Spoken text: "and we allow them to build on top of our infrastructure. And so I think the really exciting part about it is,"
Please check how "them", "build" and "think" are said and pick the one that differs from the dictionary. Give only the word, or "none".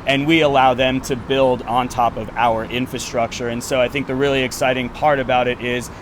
none